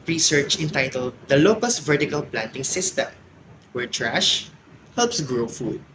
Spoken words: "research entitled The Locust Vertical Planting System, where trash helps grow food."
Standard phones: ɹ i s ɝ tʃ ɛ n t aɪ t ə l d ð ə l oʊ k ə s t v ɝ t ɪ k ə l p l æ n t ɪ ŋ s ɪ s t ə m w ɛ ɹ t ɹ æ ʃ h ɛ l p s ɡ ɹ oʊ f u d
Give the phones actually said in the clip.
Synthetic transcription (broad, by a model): ɹ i s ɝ tʃ ɛ n t aɪ t ə l d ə l oʊ k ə s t v ɝ t ɪ k ə l p l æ n t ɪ ŋ s ɪ s t ə m w ɛ ɹ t ɹ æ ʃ h ɛ l p s ɡ ɹ oʊ f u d